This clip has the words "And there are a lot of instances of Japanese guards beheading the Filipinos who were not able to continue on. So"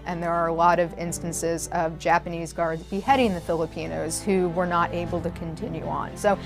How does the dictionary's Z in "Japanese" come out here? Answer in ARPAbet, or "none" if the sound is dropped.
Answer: Z